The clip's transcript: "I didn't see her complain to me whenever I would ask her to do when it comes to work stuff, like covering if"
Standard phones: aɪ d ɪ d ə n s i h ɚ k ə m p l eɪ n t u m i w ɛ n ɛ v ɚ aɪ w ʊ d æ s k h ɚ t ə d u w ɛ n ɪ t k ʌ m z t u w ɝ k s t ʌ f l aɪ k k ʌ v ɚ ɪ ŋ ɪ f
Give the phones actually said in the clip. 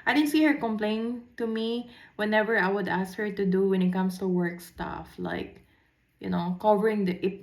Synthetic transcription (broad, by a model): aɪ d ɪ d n s i h ɚ k ə m p l eɪ n t u m i w ɛ n ɛ v ɚ aɪ w ʊ d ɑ s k h ɚ t ə d u w ɛ n ɪ t k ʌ m s t u w ɝ k s t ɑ f l aɪ k k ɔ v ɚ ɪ ŋ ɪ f